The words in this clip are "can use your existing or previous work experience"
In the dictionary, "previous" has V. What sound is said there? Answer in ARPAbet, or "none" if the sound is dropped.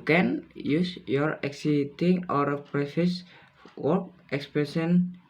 F